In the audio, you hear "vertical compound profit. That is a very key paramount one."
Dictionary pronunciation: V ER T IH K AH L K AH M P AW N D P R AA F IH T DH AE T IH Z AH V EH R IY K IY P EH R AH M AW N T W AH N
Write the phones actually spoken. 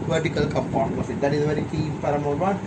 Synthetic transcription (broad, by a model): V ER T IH K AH L K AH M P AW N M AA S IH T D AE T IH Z AH V EH R IY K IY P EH R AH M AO T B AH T